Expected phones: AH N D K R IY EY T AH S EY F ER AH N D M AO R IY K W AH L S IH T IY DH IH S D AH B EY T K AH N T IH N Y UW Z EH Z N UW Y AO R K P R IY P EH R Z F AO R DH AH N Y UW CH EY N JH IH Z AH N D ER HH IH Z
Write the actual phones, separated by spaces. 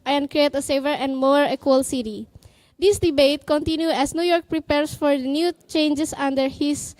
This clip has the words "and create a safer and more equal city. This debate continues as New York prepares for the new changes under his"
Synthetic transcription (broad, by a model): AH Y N K R IY EY T AH S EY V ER AH N D M AO R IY K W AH L S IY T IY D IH S D AH B EY T K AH N T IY N Y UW EH S N UW Y AO R K P R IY P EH R S F AO R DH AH N Y UW CH EY N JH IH S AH N D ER HH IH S